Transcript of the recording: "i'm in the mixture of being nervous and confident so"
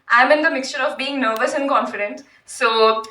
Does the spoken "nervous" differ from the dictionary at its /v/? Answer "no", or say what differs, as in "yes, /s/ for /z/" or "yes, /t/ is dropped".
no